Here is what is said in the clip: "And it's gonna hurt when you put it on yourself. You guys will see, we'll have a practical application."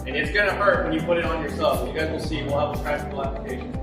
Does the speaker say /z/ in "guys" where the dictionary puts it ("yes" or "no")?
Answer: yes